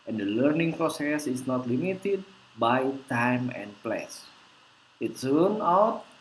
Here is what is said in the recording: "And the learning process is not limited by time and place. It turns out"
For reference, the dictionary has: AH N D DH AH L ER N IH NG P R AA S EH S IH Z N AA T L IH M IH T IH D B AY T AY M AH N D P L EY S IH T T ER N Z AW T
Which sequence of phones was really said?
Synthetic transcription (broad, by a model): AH N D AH L ER N IH NG P R AA S EH S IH S N AA T L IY M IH T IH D B AY T AY M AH N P L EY S IH T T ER N AW T